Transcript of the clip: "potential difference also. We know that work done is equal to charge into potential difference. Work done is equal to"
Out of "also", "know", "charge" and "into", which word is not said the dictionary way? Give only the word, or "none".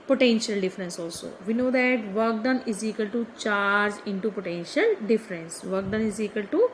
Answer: none